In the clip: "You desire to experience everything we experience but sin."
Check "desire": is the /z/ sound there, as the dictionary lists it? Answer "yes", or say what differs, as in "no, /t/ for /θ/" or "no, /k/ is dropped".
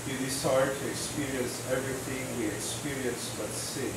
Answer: no, /s/ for /z/